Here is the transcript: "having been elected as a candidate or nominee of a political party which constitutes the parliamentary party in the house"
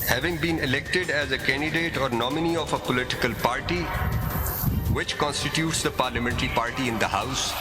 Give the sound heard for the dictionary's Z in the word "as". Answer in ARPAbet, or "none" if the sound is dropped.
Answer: Z